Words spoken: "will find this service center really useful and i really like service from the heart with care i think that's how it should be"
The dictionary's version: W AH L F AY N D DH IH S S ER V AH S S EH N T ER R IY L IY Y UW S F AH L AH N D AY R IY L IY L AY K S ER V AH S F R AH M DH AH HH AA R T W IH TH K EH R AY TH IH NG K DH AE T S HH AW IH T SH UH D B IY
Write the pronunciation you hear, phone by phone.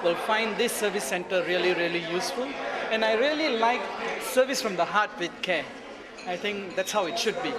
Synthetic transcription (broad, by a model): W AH L F AY N D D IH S S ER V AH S S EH N T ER R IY L IY Y UW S F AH L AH N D AY R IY L IY L AY K S ER V AH S F R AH M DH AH HH AA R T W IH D K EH AY T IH NG K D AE T S HH AW IH T SH UH D B IY